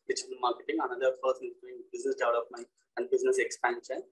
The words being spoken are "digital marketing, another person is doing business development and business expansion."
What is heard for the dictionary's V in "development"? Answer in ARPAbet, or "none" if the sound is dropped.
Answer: none